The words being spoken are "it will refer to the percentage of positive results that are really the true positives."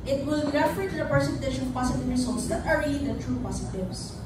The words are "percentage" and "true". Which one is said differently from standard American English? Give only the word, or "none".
percentage